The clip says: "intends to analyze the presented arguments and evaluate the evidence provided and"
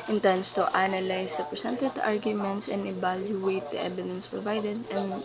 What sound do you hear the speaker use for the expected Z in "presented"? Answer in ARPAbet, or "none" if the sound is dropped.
S